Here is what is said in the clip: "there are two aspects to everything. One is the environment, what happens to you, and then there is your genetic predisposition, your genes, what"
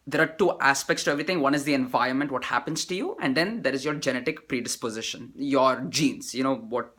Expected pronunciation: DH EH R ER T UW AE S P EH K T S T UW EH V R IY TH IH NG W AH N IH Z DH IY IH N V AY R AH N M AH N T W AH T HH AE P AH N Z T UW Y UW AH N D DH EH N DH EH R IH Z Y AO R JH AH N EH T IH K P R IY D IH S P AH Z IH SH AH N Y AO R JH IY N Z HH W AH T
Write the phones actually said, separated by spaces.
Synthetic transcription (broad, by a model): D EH R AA T UW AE S P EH K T S T UW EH V R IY T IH NG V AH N IH Z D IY IH N V AY R AH N M AH N T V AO T HH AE P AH N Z T UW Y UW AH N D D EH N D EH R IH Z Y AO R JH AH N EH T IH K P R IY D IH S P AH Z IH SH AH N Y AO R JH IY N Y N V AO T